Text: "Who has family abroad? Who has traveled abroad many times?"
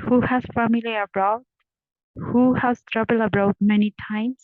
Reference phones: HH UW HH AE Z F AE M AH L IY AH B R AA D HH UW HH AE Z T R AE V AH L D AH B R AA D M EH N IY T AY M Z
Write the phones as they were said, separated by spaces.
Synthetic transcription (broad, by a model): HH UW HH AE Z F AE M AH L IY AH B R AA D HH UW HH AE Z T R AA B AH L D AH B R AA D M EH N IY T AY M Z